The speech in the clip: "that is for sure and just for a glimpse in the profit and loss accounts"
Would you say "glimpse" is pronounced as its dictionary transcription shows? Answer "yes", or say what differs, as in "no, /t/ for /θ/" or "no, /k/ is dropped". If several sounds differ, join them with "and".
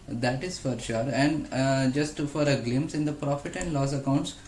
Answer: no, /p/ is dropped